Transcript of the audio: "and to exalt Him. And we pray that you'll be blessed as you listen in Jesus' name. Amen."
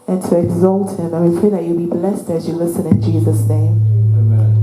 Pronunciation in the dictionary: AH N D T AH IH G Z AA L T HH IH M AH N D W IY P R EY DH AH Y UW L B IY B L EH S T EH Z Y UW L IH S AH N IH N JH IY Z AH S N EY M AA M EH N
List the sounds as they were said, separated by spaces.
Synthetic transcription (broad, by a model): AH N T AH IH G Z AA L T HH IH M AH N W IY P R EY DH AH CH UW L B IY B L EH S T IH Z Y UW L IH S AH N IH N JH IY Z AH S N EY AA M